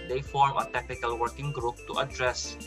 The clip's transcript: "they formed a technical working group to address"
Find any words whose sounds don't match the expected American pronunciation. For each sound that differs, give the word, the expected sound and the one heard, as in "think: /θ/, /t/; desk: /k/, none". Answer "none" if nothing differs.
formed: /d/, none